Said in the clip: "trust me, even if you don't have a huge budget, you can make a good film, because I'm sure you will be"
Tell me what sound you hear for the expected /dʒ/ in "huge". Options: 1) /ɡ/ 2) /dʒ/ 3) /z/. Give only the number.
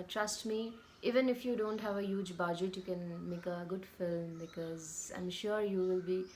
2